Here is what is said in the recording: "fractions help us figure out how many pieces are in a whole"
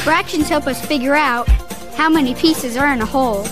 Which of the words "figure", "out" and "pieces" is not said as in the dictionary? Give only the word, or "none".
none